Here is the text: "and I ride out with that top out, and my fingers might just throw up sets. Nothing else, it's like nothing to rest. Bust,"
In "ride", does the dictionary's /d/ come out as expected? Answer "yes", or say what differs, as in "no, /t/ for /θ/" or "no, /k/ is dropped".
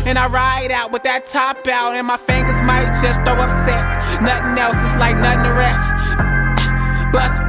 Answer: yes